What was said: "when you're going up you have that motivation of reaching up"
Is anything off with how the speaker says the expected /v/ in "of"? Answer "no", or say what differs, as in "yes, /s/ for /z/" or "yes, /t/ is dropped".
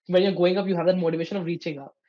no